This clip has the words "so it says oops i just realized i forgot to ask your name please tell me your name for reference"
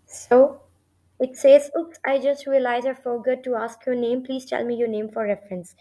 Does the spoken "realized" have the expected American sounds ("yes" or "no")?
no